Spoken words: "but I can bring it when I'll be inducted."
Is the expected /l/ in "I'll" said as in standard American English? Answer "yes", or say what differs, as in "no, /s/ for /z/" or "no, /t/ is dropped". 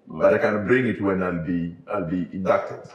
yes